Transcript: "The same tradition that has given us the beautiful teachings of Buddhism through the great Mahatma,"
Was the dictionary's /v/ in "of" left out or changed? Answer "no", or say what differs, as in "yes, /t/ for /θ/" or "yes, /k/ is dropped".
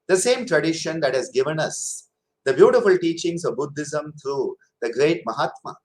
no